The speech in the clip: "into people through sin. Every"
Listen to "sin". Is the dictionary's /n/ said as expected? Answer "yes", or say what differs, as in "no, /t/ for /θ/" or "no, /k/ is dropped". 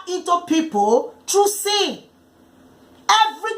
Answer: no, /n/ is dropped